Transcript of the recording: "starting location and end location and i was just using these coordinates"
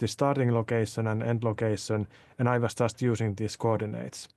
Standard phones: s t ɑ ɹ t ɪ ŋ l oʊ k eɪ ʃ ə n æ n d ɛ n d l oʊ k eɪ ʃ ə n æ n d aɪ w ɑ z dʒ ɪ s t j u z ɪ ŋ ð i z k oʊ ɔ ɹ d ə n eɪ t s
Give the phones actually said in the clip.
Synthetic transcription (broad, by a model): s t ɑ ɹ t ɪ ŋ l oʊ k eɪ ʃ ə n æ n ɛ n d l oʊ k eɪ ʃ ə n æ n aɪ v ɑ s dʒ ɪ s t j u s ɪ ŋ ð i s k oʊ ɔ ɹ d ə n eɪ t s